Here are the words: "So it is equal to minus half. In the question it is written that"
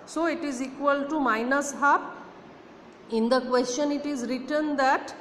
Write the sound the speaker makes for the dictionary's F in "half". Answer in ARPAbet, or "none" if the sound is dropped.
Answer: P